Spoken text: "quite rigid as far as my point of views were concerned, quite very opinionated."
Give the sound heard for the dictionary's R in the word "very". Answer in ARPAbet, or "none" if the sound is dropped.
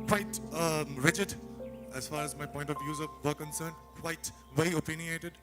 L